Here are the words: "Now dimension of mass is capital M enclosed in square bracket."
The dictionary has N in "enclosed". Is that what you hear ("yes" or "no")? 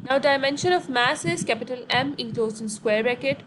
no